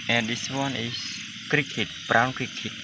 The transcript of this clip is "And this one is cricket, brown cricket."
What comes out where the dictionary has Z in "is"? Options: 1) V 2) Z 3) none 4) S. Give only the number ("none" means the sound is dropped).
4